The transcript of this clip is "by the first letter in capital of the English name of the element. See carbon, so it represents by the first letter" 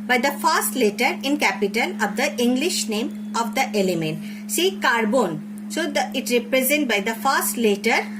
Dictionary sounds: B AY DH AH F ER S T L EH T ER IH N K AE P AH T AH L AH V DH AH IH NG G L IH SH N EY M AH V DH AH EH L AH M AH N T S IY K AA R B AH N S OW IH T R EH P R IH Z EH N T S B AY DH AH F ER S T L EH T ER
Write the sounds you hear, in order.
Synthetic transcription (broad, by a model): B AY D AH F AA S T L EH T ER IH N K AE P AH T AH L AH V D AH IH NG G L IH SH N EY M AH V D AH EH L AH M AH N T S IY K AA R B AH N S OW IH T R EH P R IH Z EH N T B AY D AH F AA S T L EH T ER